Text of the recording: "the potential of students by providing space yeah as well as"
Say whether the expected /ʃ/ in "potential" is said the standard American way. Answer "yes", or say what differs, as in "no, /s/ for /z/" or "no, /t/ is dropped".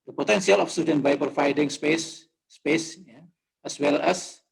no, /s/ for /ʃ/